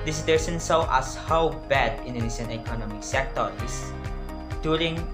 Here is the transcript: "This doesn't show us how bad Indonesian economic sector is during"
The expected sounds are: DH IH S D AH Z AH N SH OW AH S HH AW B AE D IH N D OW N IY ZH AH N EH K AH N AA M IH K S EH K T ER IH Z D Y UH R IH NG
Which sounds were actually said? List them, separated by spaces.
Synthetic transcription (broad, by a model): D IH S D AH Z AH N S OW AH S HH AW B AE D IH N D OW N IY SH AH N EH K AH N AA M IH K S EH K T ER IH S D Y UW R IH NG